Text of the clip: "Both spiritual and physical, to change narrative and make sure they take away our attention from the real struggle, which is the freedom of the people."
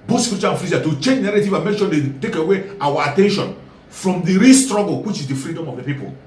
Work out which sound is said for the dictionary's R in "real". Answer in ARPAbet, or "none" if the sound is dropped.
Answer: R